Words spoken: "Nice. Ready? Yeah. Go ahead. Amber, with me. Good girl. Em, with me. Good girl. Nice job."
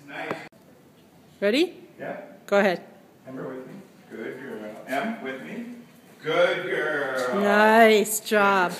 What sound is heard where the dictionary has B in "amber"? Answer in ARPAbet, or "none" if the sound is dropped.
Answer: none